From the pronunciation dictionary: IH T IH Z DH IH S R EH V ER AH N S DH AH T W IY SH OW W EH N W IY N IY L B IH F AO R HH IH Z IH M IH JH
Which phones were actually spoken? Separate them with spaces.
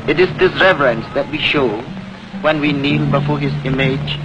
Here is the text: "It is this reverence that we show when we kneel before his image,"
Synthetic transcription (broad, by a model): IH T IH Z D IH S R EH V ER AH N S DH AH T W IY SH OW W EH N W IY N IY L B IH F AO HH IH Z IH M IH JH